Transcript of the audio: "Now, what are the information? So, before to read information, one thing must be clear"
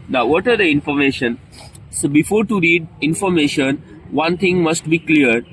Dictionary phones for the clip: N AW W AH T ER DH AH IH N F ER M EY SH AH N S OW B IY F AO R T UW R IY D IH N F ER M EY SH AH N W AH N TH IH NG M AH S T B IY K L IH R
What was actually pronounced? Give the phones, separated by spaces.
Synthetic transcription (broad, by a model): N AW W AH T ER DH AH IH N F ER M EY SH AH N S OW B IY F AO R T UW R IY D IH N F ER M EY SH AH N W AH N T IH NG M AH S T B IY K L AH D